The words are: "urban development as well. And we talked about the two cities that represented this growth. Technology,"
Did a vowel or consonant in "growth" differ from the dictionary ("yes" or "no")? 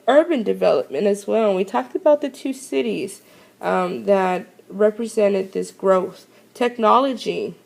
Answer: no